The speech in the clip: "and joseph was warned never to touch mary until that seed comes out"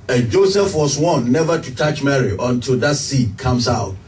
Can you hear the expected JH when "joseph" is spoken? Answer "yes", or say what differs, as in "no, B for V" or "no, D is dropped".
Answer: yes